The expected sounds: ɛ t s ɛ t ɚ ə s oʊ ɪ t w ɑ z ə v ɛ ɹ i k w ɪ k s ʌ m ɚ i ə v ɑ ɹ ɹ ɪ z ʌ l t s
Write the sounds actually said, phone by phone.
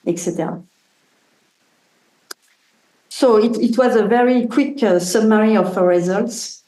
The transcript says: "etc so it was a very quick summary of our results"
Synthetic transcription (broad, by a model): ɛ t s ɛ t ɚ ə s oʊ ɪ t w ɑ z ə v ɛ ɹ i k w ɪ k s ʌ m ɚ i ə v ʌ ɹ ɹ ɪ z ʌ l t s